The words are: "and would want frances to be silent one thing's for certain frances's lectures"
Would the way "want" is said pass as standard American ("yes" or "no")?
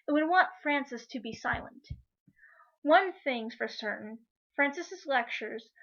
yes